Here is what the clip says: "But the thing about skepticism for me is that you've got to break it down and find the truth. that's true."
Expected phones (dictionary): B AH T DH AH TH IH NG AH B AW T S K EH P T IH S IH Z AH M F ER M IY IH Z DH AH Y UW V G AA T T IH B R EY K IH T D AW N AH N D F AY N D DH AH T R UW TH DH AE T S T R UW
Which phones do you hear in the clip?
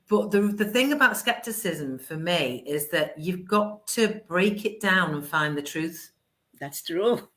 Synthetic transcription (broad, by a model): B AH T DH AH TH IH NG AH B AW T S K EH P T IH S IH Z AH M F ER M IY IH Z DH AH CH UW V G AA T T IH B R EY K IH T D AW N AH N F AY N DH AH T R UW TH DH AE T S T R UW